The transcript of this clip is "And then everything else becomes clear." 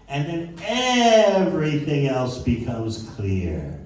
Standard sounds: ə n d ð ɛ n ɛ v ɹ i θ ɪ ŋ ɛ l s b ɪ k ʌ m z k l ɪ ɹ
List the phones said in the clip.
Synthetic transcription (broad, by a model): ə n ð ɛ n ɛ v ɹ i θ ɪ ŋ ɛ l s b ɪ k ʌ m z k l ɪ ɹ